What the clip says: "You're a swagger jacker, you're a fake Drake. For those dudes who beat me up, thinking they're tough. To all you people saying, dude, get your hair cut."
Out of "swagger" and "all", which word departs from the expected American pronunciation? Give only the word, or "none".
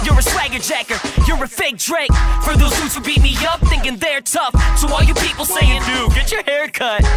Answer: all